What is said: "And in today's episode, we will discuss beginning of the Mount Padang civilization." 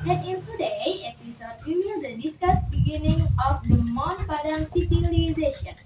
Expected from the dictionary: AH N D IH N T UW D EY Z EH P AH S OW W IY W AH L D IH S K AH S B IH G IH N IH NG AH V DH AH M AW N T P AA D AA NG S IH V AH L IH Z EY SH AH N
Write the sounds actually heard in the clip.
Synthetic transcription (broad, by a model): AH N IH N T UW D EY EH P AH S OW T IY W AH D D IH S K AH S B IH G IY N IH NG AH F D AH M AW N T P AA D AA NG S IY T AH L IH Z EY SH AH N